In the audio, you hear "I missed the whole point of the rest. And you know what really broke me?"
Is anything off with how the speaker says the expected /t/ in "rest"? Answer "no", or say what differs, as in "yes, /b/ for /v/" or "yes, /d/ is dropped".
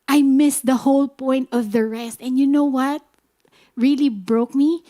no